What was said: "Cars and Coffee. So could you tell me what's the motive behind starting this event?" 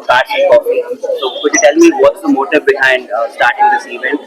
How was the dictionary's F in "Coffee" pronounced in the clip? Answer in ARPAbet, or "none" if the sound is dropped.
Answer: none